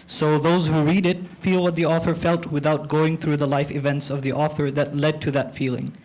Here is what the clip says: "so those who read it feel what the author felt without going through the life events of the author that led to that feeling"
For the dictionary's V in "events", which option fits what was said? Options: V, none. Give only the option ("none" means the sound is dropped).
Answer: V